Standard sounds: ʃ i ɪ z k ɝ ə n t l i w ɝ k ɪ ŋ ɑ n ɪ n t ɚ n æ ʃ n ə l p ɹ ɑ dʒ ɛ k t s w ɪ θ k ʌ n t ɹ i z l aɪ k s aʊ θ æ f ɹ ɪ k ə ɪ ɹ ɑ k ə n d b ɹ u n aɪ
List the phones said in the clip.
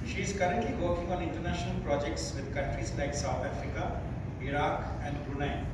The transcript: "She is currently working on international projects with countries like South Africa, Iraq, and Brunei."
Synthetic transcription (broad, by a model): ʃ i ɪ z k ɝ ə n t l i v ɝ k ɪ ŋ ɑ n ɪ n t ɚ n æ ʃ n ə l p ɹ ɑ dʒ ɛ k t s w ɪ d k ʌ n t ɹ i z l aɪ k s aʊ t æ f ɹ ɪ k ə ɪ ɹ ɑ k ə n d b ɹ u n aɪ